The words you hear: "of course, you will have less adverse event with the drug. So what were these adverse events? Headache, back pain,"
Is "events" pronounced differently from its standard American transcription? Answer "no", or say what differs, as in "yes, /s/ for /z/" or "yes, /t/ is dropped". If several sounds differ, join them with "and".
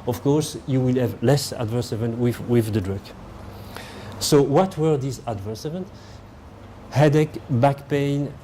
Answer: yes, /s/ is dropped